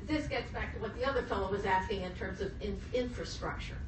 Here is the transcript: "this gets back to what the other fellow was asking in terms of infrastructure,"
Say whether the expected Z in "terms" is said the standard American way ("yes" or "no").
yes